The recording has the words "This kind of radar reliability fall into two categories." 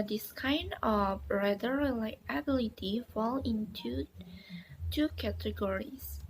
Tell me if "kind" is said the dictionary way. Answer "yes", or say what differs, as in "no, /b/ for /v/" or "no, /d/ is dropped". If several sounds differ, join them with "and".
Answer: yes